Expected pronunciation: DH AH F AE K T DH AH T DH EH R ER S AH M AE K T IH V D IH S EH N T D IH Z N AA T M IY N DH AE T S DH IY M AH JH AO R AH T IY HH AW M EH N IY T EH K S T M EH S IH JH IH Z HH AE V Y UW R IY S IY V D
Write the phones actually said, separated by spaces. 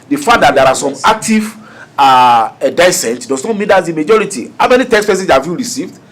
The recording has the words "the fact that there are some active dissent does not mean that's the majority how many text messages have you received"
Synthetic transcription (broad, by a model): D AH F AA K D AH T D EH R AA S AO M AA K T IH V D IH S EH N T D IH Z N AA T M IY N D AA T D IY M AH JH AO R AH T IY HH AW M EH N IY T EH K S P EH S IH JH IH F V Y UW R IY S IY V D